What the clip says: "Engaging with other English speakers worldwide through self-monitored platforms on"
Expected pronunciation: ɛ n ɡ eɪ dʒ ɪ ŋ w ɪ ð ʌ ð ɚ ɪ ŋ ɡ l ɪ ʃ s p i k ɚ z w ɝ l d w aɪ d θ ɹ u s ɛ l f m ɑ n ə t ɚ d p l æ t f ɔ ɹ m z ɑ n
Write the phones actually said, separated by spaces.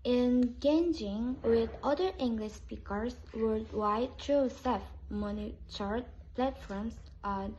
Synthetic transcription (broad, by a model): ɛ n ɡ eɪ dʒ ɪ ŋ w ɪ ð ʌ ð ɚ ɪ ŋ ɡ l ɪ ʃ s p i k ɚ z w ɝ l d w aɪ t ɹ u s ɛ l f m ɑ n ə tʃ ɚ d p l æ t f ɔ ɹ m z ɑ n